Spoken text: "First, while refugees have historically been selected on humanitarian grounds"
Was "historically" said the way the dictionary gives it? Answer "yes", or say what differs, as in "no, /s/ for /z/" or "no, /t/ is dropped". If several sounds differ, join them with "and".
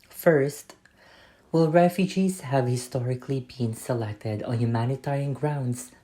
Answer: yes